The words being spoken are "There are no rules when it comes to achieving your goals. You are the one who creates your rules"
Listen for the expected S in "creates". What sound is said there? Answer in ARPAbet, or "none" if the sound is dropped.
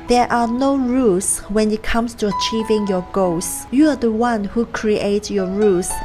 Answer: none